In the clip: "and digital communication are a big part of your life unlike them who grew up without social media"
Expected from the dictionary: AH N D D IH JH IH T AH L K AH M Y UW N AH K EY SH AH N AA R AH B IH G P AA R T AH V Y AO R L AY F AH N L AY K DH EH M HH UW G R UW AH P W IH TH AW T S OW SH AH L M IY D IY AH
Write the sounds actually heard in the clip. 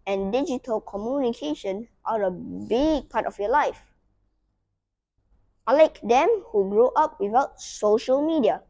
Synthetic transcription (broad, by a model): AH N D D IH JH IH T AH L K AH M Y UW N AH K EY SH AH N AA R AH B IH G P AA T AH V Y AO L AY F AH L AY K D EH M HH UW G R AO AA P W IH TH AW T S OW SH AH L M IY D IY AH